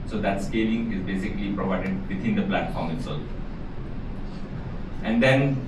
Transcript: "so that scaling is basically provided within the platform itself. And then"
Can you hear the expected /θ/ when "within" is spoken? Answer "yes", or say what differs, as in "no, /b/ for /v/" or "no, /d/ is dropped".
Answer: no, /t/ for /θ/